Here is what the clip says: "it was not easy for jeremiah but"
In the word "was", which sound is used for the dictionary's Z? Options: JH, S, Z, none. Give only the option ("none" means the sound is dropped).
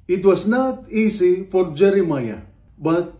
S